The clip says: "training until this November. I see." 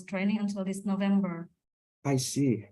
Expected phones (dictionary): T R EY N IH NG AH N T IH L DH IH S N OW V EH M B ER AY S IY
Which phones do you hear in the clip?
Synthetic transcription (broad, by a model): T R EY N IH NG AH N T IH L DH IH S N OW V EH M B ER AY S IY